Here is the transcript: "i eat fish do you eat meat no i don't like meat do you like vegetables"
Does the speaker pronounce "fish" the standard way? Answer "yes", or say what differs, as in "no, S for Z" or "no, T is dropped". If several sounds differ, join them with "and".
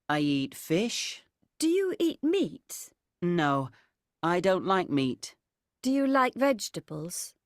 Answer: yes